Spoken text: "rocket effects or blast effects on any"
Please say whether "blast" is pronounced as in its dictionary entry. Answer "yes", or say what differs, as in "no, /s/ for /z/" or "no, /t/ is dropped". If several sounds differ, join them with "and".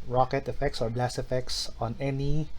no, /t/ is dropped